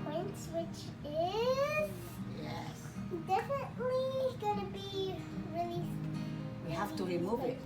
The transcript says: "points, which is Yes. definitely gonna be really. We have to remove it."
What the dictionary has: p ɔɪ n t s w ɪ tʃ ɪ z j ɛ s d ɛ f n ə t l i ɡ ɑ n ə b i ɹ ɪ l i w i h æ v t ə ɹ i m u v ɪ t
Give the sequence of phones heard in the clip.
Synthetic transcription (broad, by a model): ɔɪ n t s w ɪ tʃ ɪ z j ɛ s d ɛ f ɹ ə t l i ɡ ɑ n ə b i ɹ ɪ l i w i h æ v t ə ɹ i m u v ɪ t